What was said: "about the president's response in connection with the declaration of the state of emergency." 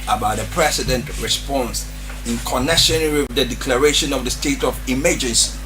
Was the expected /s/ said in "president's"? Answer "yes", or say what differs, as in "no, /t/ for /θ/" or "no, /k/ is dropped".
no, /s/ is dropped